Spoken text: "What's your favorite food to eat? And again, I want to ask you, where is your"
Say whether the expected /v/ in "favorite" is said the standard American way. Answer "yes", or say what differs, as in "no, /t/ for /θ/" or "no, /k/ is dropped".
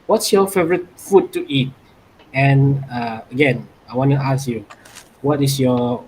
yes